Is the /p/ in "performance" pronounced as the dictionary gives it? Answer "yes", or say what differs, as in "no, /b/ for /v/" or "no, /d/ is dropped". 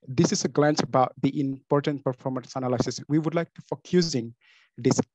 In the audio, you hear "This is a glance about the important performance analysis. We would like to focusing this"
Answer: yes